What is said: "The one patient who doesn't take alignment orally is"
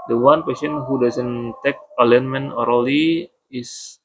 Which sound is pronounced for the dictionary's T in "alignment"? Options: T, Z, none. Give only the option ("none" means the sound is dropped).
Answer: none